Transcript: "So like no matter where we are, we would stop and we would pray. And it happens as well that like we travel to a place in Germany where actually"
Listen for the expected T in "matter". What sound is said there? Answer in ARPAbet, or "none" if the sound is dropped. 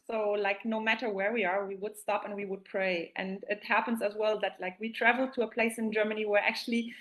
T